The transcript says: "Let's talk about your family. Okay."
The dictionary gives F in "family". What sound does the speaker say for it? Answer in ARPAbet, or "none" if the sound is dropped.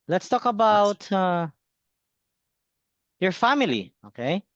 F